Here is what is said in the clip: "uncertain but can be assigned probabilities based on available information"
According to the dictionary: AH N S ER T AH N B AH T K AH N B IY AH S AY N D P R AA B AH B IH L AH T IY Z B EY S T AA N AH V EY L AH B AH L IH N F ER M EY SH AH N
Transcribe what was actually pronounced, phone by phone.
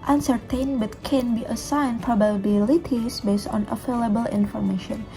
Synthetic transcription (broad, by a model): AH N S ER T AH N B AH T K AH N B IY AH S AY N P R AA B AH B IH L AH T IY S B EY S T AA N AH F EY L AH B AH L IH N F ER M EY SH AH N